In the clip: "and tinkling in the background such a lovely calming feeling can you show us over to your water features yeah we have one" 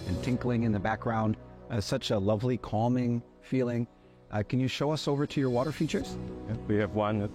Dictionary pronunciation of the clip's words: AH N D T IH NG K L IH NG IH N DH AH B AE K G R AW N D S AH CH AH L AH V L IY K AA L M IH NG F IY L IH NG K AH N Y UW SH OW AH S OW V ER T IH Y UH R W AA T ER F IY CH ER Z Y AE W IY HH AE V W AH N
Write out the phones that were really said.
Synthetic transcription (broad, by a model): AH N T IH NG K L IH NG IH N DH AH B AE K G R AW N D S AH CH AH L AH V L IY K AA L M IH NG F IY L IH NG K AH N Y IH SH OW AH S OW V ER T IH Y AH R W AA T ER F IY CH ER Z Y W IY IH V W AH N